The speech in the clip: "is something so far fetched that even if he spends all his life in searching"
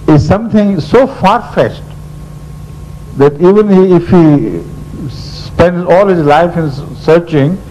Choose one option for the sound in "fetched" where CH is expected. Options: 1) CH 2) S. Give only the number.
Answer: 2